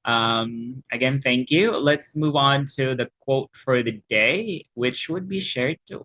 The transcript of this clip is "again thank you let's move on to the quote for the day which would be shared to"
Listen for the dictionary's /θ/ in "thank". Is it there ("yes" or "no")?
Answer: yes